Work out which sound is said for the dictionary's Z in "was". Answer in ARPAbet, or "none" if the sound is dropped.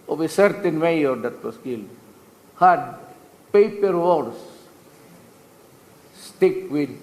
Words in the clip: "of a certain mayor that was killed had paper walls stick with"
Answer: S